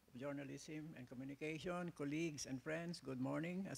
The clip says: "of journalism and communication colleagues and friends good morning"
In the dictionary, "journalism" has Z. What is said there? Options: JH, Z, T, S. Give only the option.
S